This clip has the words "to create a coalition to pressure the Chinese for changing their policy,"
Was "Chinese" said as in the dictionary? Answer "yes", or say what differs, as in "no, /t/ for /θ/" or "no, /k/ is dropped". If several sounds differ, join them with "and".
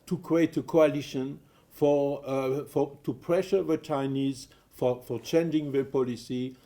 yes